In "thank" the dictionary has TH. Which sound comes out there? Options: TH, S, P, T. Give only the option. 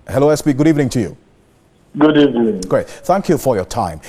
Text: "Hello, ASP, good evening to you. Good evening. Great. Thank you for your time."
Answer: TH